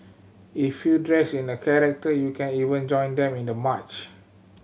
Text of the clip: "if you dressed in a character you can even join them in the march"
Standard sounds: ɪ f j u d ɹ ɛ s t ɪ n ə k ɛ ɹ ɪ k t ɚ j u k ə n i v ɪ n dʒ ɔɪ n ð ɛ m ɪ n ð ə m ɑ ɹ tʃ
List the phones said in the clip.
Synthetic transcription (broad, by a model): ɪ f j u d ɹ ɛ s ɪ n ə k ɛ ɹ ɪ k t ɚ j u k ə n i v ɪ n dʒ ɔɪ n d ɛ m ɪ n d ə m ɑ tʃ